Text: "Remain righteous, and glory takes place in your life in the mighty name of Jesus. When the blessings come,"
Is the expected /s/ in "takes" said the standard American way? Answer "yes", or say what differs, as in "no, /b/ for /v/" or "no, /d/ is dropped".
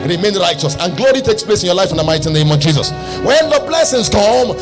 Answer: yes